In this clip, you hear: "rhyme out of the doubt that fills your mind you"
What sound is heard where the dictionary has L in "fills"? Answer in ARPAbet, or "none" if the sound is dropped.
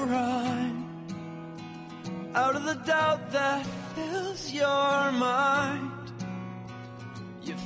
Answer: none